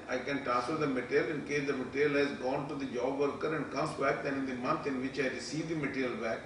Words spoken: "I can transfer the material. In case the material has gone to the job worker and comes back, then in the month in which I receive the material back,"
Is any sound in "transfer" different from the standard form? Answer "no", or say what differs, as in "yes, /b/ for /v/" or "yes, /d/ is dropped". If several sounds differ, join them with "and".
yes, /ɹ/ is dropped and /n/ is dropped